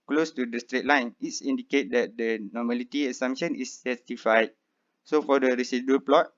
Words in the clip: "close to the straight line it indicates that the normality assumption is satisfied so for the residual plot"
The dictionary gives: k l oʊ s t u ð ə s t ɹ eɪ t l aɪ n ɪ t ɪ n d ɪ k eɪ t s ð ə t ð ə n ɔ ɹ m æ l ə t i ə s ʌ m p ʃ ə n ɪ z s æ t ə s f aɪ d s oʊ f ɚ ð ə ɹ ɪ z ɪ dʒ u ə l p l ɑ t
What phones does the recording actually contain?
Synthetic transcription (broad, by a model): k l oʊ s t u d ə s t ɹ eɪ t l aɪ n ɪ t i n d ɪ k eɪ t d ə t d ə n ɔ m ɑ l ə t i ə s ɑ m ʃ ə n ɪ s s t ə f aɪ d s oʊ f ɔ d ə ɹ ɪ s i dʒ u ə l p l ɑ t